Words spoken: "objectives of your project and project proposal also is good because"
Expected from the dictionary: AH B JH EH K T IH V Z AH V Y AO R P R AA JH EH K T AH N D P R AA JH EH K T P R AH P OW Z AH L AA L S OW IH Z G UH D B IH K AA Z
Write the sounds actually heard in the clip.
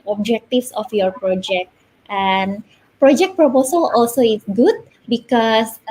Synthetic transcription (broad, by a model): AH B JH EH K T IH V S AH F Y AO R P R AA JH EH K T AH N P R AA JH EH K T P R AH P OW S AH L AA L S OW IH S G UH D B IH K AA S